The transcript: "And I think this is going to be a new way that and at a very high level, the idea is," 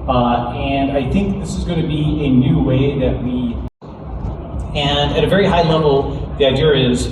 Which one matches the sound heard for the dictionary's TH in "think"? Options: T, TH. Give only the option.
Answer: TH